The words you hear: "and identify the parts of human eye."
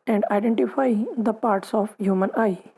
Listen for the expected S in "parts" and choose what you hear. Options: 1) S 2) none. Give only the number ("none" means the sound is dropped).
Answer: 1